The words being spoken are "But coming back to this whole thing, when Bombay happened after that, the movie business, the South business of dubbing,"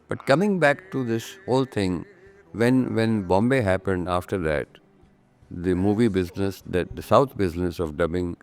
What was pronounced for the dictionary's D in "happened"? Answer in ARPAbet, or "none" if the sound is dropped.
D